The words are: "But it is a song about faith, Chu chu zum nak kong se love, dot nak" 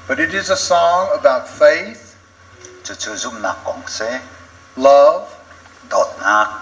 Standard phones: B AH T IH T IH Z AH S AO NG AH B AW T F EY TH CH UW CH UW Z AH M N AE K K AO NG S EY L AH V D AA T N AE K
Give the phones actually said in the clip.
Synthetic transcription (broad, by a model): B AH T IH T IH Z AH S AO NG AH B AW T F EY TH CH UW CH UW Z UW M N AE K K AO NG S EY L AH V D AA T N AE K